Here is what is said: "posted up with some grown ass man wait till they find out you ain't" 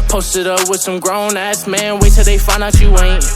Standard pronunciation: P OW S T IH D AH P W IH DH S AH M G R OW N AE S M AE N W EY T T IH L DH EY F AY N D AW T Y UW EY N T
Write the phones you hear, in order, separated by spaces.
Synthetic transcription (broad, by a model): P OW S T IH D AH P W IH DH S AH M G R OW N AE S M AE N W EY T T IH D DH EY F AY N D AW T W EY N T